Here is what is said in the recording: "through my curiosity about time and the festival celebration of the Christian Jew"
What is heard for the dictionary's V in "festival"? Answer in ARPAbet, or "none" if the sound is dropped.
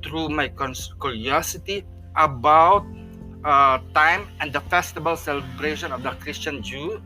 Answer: B